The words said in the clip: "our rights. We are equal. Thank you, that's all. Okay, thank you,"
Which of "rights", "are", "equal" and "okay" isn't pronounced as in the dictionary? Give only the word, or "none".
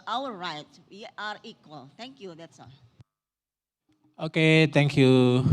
rights